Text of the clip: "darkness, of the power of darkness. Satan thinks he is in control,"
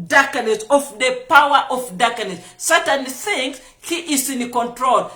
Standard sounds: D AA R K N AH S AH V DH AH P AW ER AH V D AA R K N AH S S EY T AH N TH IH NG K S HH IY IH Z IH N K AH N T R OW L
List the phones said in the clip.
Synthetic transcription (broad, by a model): D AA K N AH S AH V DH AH P AW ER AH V D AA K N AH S S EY T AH N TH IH NG S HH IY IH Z IH N K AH N T R OW L